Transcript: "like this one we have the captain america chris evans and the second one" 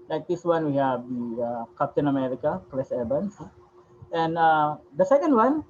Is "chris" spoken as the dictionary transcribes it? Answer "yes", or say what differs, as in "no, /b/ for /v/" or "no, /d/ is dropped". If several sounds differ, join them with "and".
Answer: no, /l/ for /ɹ/